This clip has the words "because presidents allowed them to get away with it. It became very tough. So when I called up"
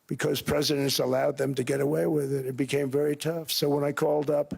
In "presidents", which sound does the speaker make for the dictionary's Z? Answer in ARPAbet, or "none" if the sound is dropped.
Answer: Z